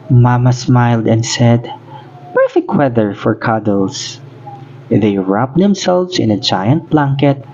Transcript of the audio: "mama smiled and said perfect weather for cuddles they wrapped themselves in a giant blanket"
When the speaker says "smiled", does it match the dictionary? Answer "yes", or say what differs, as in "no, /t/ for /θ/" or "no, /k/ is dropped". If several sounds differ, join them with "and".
yes